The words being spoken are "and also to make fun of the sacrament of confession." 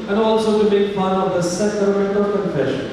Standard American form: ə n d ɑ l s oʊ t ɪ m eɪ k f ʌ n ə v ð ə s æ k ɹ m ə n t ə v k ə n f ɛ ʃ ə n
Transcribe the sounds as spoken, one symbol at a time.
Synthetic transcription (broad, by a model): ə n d ɑ l s oʊ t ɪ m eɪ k p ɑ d ə v ð ə s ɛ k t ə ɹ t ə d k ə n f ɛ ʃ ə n